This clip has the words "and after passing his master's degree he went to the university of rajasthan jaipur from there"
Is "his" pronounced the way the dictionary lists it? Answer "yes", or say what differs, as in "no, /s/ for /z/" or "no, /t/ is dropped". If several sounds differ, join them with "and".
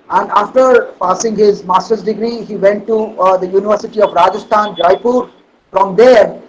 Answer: yes